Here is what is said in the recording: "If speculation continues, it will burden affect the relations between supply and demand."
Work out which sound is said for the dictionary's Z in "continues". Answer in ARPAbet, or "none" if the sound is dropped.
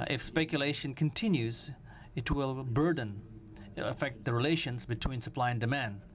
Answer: Z